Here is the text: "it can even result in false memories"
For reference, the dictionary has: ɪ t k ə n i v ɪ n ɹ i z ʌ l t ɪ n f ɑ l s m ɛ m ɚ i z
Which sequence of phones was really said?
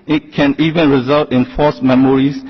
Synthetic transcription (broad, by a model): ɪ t k ə n i v ɪ n ɹ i z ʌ l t ɪ n f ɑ s m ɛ m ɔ i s